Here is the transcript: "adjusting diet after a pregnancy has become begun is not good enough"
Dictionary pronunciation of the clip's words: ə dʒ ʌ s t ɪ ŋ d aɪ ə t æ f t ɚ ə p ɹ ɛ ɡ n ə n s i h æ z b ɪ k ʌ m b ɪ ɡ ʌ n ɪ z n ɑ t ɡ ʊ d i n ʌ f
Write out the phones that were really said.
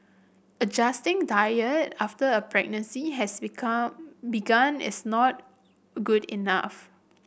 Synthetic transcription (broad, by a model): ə dʒ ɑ s t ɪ ŋ d aɪ ə t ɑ f t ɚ ə p ɹ ɛ ɡ n ə n s i h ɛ s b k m b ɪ ɡ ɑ n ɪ s n ɑ t ɡ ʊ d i n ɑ f